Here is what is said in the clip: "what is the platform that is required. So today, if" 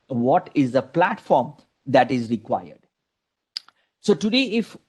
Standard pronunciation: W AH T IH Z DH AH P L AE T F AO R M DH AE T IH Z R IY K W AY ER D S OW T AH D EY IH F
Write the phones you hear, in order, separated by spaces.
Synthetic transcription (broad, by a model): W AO T IH Z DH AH P L AE T F AO R M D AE T IH Z R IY K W AY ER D S OW T AH D EY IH F